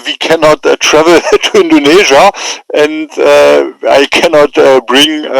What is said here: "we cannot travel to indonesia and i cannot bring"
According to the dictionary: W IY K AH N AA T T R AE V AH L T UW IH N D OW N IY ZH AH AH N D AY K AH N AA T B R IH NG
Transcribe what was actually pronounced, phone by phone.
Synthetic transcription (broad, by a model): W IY K AH N AA T T R AE V AH L T UW IH N D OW N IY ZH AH AH N D AY K AH N AA T B R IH NG